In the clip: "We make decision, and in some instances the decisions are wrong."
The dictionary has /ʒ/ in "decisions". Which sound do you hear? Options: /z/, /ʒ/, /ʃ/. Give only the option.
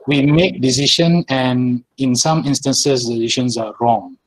/ʃ/